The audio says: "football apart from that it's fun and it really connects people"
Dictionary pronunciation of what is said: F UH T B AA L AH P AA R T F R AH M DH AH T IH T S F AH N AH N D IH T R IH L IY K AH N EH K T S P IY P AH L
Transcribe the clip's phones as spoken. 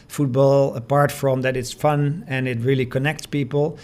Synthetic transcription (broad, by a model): F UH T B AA L AH P AA R T F R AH M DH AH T IH T S F AH N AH N IH T R IH L IY K AH N EH K T S P IY P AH L